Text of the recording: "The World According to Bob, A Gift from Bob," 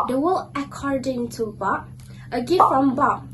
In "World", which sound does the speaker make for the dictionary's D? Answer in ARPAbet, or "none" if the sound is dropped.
none